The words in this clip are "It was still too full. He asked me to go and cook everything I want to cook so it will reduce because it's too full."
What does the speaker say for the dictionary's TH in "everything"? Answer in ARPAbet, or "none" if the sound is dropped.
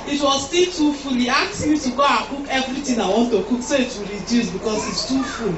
T